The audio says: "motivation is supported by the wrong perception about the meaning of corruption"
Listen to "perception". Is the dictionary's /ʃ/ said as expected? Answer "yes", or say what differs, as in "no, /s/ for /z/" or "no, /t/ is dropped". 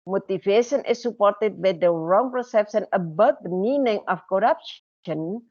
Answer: no, /s/ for /ʃ/